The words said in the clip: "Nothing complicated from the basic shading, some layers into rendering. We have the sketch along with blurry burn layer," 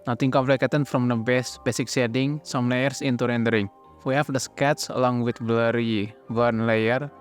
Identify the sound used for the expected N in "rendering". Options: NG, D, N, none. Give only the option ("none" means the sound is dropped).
N